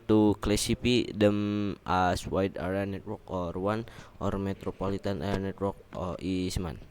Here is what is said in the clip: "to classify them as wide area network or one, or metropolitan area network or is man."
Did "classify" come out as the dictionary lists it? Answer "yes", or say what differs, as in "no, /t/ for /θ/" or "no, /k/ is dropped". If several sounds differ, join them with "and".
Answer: no, /p/ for /f/